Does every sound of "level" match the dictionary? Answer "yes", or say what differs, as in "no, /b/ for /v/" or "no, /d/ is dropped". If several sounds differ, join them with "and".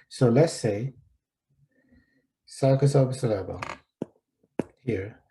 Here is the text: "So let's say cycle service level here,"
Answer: no, /b/ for /v/